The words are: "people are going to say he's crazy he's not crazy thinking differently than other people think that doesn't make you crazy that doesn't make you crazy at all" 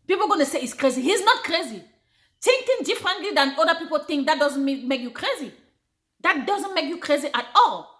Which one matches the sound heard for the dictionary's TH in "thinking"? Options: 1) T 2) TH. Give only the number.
1